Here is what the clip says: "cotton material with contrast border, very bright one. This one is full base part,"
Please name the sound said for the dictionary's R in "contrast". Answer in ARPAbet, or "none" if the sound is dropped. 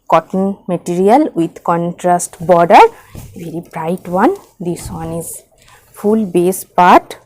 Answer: R